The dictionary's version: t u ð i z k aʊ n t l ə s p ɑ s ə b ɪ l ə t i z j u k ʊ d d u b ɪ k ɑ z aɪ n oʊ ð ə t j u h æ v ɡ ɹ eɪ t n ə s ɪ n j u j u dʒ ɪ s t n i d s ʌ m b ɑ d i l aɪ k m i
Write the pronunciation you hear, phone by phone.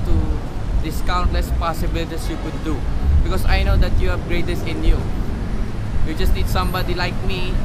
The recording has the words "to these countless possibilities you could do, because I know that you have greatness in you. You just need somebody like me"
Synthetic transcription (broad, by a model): t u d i s k aʊ n t l ə s p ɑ s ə b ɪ l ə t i s j u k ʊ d d u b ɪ k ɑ s aɪ n oʊ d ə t j u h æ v ɡ ɹ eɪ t ə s ɪ n j u j u dʒ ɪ s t n i d s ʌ m b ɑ d i l aɪ k m i